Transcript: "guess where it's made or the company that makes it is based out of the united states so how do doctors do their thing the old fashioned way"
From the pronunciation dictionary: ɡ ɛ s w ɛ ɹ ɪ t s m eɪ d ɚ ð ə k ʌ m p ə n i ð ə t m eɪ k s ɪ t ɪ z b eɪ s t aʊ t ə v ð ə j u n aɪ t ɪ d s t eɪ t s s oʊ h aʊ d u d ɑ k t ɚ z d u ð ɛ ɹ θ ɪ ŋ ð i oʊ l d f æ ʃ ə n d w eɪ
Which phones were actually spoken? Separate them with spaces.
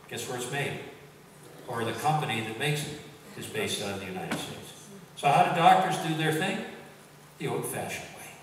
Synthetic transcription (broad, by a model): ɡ ɛ s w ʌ ɹ ɪ t s m eɪ d ɚ ð ə k ʌ m p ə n i ð ə t m eɪ k s ɪ t ɪ z b eɪ s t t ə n ð ə j u n aɪ t ɪ d s t eɪ t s s oʊ h aʊ d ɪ d ɑ k t ɚ z d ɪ ð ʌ ɹ θ ɪ ŋ ð i oʊ l d f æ ʃ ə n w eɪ